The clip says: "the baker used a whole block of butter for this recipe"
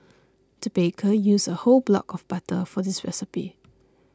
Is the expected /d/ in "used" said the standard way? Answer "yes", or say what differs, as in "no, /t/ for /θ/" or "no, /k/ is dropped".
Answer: no, /d/ is dropped